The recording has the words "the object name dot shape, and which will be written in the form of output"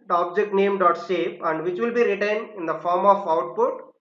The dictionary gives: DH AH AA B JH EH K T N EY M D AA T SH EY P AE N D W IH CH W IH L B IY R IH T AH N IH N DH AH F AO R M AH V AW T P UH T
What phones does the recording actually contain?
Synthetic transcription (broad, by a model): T AA B JH EH K T N EY M D AA T S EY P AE N D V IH CH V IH L B IY R IH T AH N IH N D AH F AO R M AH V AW T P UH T